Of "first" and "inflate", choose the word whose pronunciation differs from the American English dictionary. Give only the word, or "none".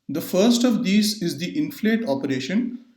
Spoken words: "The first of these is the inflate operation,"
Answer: none